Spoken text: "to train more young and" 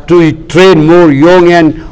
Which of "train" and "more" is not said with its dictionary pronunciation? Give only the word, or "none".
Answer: none